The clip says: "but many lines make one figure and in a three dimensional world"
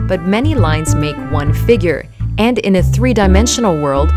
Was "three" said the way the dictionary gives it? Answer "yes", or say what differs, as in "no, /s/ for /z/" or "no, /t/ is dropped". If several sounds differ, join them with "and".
yes